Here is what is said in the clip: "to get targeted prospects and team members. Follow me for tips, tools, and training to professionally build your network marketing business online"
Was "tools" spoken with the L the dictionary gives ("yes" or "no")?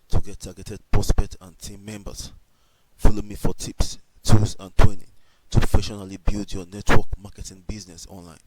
no